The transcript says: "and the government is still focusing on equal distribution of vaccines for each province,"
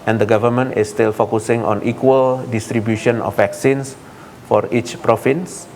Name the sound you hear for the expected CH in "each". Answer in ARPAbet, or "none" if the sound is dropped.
CH